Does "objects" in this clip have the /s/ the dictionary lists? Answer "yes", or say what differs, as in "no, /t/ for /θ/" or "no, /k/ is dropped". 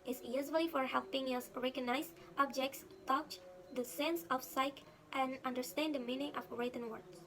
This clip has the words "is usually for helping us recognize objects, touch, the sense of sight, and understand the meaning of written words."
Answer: yes